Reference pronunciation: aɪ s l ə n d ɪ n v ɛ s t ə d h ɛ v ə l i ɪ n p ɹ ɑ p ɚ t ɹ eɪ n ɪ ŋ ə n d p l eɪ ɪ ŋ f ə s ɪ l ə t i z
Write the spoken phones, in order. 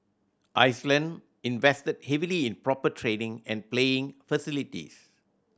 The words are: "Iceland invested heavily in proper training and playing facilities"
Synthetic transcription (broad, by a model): aɪ s l ə n d ɪ n v ɛ s t ə d h ɛ v ə l i ɪ n p ɹ ɑ p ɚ t ɹ eɪ n ɪ ŋ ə n p l eɪ ɪ ŋ f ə s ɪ l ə t i s